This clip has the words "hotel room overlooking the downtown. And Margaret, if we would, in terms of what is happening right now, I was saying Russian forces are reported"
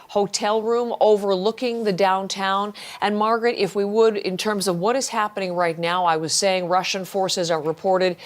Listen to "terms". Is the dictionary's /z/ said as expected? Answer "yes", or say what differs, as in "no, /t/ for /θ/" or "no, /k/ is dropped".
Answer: yes